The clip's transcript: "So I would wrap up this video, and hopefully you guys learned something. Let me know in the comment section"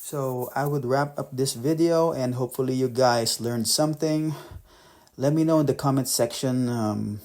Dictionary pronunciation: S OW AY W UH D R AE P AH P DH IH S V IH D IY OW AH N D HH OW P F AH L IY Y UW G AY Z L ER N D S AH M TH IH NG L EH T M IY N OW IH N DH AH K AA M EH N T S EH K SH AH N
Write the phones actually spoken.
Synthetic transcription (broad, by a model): S OW AY W UH D R AE P AH P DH IH S V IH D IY OW AH N D HH OW P F AH L IY Y UW G AY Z L ER N D S AH M TH IH NG L EH T M IY N OW IH N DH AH K AA M EH N T S EH K SH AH N